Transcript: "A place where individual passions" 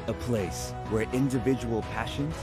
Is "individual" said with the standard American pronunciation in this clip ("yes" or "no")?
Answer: yes